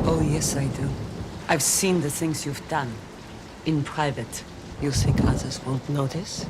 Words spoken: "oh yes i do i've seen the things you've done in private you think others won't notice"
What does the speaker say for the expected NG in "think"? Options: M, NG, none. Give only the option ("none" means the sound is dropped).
none